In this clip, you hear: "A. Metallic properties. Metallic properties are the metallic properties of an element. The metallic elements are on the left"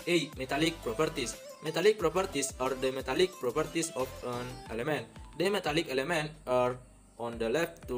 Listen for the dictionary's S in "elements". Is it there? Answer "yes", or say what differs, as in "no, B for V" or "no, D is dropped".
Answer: no, S is dropped